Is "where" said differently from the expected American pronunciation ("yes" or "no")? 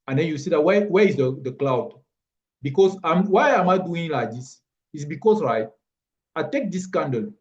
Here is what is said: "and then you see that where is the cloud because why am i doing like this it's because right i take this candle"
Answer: yes